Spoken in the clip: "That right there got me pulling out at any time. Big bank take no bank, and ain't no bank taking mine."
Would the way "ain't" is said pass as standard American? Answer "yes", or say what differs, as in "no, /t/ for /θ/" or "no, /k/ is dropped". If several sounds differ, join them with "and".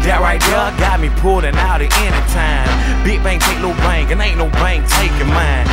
no, /l/ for /n/